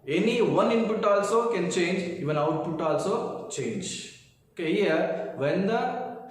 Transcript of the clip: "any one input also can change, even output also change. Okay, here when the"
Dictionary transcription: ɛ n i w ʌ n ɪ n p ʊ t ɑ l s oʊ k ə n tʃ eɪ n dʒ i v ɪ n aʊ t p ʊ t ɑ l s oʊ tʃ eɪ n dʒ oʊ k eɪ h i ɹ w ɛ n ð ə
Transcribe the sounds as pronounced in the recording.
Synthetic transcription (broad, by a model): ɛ n i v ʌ n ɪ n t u t ɑ l s oʊ k ə n tʃ eɪ n dʒ i v ɪ n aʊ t u t ɑ l s oʊ tʃ eɪ n dʒ oʊ k eɪ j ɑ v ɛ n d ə